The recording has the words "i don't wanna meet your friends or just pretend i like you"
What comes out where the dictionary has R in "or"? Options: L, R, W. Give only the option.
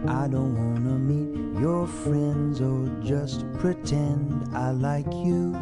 L